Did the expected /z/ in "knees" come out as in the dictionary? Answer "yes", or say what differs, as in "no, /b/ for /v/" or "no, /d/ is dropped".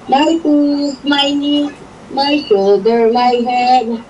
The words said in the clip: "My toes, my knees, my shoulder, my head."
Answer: no, /z/ is dropped